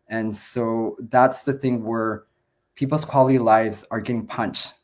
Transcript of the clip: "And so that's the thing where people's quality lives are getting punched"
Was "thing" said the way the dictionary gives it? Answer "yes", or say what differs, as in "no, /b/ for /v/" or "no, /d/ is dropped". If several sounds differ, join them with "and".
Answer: yes